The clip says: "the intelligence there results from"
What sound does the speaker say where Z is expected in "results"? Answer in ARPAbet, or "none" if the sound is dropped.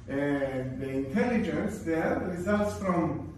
Z